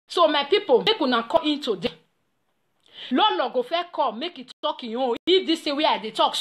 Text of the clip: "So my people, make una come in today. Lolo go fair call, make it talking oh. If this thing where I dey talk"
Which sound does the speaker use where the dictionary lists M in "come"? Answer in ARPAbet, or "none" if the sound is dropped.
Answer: none